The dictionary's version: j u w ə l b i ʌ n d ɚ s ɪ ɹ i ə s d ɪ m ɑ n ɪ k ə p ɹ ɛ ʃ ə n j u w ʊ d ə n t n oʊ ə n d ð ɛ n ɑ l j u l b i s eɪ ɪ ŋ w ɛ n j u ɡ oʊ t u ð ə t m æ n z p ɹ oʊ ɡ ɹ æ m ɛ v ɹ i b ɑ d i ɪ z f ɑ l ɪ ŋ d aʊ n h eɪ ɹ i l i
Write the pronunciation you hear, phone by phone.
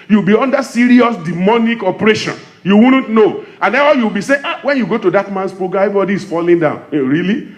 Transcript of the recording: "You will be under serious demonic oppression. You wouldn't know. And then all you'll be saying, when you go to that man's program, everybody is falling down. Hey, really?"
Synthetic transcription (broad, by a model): j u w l b i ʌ n d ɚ s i ɹ i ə s d ɪ m ɑ n ɪ k ə p ɹ ɛ ʃ ə n j u w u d n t n oʊ ə n d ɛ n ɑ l j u w b i s eɪ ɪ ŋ w ɛ n j u ɡ oʊ t u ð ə t m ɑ n s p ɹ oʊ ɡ ɑ ɛ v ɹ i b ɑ d i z f ɑ l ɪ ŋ d aʊ n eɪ ɹ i l i